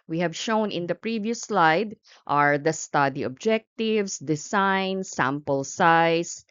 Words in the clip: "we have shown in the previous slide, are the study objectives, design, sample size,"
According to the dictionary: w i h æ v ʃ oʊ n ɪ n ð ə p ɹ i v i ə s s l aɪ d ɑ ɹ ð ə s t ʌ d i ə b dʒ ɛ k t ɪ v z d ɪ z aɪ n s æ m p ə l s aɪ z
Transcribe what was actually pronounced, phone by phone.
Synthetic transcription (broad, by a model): w i h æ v ʃ oʊ n ɪ n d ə p ɹ i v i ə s s l aɪ d ɑ ɹ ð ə s t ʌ d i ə b dʒ ɛ k t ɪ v s d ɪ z aɪ n s æ m p ə l s aɪ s